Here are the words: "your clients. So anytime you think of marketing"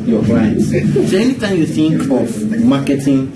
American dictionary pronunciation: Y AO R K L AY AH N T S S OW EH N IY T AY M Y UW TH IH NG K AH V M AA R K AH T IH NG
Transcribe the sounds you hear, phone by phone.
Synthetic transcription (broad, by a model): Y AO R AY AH T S S OW EH N IY T AY M Y UW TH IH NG K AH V M AA K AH T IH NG